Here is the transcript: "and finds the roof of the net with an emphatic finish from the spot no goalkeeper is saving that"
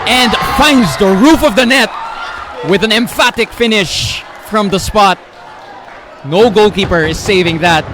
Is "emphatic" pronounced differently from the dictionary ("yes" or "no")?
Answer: no